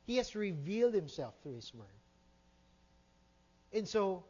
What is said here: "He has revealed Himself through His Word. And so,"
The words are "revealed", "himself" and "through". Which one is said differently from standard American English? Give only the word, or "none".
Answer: none